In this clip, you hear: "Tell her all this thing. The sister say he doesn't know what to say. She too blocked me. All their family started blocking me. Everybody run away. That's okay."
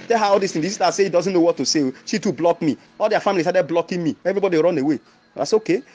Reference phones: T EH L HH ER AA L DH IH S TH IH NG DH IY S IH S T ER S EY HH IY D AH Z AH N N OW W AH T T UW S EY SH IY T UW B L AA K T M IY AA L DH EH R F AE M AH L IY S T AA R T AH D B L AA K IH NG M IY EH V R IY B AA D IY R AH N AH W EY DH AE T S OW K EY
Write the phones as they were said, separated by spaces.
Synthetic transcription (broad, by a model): T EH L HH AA AA L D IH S T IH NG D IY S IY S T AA S EY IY D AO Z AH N N OW W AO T T UW S EY SH IY T UW B L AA K M IY AA L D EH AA F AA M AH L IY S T AA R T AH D B L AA K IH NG M IY EH V R IY B AA D IY R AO N AH W EY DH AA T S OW K EY